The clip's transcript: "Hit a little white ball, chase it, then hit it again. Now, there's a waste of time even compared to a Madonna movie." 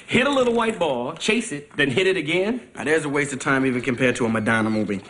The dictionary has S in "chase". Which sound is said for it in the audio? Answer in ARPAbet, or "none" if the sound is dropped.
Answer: S